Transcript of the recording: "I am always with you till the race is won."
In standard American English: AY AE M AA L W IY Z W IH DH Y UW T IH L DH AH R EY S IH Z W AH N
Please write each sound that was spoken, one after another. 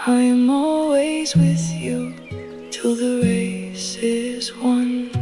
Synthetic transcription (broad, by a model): AY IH M AA L W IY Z W IH DH Y UW T IH L DH AH R EY S IH Z W AH N